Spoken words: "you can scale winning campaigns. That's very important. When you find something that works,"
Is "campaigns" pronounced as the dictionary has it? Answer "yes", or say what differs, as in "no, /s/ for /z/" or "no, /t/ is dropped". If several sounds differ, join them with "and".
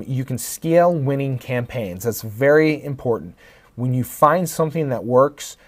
yes